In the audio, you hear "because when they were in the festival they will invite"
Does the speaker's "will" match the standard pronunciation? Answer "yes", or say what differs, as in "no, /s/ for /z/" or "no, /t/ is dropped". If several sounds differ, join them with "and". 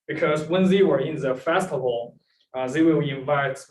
no, /w/ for /l/